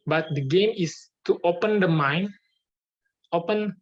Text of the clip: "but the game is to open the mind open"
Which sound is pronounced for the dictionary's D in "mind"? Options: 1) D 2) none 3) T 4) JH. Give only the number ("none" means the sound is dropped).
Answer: 2